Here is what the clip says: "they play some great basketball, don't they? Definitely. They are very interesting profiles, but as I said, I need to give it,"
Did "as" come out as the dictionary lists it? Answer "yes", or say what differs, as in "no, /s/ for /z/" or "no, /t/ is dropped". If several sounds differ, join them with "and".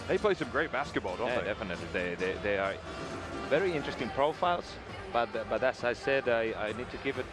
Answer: no, /s/ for /z/